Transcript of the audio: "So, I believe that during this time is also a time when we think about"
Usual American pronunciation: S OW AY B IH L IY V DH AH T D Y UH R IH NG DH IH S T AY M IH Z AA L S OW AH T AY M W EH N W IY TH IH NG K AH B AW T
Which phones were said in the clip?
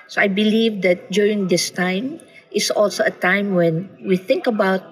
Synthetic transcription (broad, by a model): S OW AY B IH L IY V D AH T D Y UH R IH NG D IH S T AY M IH S AA L S OW AH T AY M W EH N W IY TH IH NG K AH B AW T